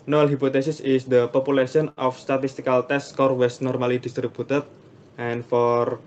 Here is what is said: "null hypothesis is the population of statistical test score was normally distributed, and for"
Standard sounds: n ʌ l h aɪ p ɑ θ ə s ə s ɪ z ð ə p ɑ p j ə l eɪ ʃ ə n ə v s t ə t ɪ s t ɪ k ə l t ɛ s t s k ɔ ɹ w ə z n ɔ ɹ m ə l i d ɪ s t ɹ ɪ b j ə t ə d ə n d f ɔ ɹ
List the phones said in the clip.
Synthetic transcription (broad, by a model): n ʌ l h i p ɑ t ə s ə s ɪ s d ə p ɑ p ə l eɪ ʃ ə n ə f s t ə t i s t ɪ k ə l t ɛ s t s k ɔ ɹ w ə s n ɔ ɹ m ə l i d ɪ s t ɹ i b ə t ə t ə n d f ɔ ɹ